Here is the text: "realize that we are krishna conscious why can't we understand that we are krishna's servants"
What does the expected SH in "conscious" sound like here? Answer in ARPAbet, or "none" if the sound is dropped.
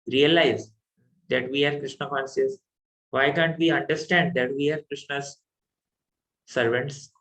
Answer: S